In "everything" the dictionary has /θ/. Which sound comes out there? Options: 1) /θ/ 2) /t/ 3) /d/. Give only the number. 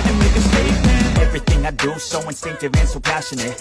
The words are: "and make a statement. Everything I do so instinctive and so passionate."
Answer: 1